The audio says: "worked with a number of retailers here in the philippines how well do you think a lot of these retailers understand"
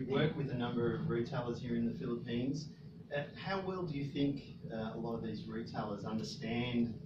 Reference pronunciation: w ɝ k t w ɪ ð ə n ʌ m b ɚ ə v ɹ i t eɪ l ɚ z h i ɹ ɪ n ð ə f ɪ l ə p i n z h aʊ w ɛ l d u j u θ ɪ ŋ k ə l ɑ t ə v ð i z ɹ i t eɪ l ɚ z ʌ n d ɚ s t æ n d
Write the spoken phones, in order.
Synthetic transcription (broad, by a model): w ɝ k w ɪ ð ə n ʌ m b ɚ ə v ɹ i t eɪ l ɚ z h i ɹ ɪ n ð ə f ɪ l ə p i n z h aʊ w ɛ l d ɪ j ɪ θ ɪ ŋ k ə l ɑ t ə v ð i z ɹ i t eɪ l ɚ z ʌ n d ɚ s t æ n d